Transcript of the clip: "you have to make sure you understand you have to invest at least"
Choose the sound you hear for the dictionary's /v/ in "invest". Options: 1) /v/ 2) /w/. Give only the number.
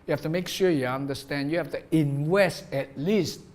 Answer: 2